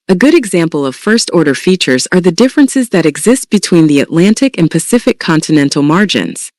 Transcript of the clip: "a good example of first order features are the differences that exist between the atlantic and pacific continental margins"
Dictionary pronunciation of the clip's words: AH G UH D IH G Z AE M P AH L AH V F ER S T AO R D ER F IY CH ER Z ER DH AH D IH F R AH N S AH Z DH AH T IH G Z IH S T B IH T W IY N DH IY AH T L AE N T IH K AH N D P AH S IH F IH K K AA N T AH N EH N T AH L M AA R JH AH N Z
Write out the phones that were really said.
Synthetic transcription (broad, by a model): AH G UH D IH G Z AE M P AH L AH V F ER S T AO R D ER F IY CH ER Z ER DH AH D IH F R AH N S AH Z DH AH T IH G Z IH S T B IH T W IY N DH IY AH T L AE N T IH K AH N P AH S IH F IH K K AA N T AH N EH N T L M AA R JH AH N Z